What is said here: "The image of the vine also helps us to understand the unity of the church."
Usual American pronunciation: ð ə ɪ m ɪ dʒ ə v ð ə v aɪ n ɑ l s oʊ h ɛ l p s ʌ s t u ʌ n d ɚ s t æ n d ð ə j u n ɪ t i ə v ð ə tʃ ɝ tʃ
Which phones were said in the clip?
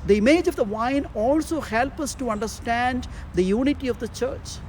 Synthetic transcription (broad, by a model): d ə ɪ m ɪ dʒ ə v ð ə v aɪ n ɑ l s oʊ h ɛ l p ʌ s t u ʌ n d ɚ s t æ n d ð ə j u n ɪ t i ə v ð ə tʃ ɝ tʃ